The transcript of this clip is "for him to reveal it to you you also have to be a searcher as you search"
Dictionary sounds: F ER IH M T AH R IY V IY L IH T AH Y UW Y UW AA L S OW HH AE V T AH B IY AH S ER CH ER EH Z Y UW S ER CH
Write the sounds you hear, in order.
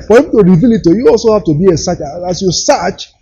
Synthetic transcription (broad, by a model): F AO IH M T AH R IY V IY L IH T AH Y Y UW AA L S OW HH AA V T AH B IY AH S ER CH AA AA S Y UW S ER CH